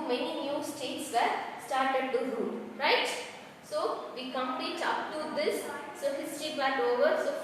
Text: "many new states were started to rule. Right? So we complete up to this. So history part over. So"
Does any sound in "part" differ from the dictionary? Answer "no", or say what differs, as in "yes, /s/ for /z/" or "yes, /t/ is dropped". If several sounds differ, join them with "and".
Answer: yes, /l/ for /ɹ/